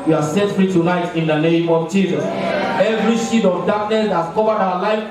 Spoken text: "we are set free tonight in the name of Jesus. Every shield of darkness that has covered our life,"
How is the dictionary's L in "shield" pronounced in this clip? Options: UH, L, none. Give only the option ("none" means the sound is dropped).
none